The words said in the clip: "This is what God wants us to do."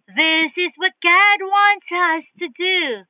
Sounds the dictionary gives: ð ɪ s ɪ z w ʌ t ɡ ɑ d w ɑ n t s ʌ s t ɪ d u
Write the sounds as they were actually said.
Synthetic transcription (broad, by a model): ð ɪ s ɪ z w ʌ t ɡ ɑ d w ɑ n t s ʌ s t ɪ d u